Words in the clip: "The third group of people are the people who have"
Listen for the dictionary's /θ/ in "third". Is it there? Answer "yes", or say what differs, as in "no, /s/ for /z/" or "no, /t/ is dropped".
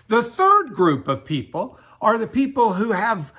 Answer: yes